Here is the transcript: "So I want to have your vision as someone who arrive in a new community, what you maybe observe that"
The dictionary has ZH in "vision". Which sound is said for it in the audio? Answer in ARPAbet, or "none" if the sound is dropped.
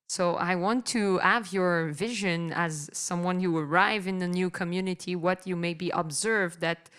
ZH